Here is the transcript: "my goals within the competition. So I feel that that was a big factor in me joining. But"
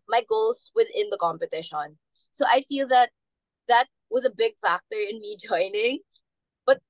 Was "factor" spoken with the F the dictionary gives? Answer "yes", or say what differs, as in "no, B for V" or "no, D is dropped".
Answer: yes